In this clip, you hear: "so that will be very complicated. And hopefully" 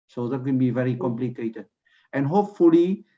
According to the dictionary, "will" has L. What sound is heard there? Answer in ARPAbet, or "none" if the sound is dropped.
N